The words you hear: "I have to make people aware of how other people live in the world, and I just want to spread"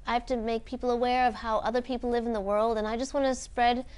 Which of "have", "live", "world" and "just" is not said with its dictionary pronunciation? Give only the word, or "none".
have